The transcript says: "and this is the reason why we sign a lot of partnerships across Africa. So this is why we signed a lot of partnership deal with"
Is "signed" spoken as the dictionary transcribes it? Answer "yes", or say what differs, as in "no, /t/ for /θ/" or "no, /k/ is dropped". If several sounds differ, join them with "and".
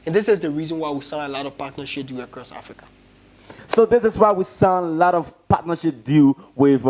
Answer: no, /d/ is dropped